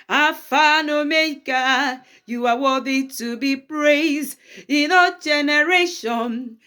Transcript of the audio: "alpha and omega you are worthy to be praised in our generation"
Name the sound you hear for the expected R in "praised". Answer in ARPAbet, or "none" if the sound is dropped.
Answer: R